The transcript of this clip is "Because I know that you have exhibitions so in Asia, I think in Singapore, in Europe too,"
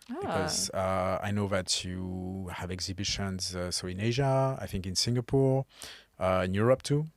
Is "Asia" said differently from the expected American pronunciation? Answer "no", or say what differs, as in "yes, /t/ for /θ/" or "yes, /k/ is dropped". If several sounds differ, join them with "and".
no